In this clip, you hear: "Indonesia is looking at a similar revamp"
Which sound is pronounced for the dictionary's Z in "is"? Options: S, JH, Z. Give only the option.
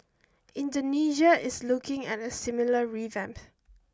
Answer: S